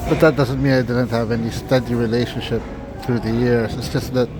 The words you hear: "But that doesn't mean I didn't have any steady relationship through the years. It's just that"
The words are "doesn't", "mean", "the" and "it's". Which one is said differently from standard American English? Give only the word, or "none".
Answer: none